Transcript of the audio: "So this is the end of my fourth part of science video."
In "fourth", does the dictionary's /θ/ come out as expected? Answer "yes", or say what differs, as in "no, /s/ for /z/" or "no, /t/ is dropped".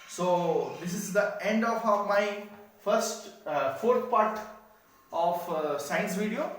no, /t/ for /θ/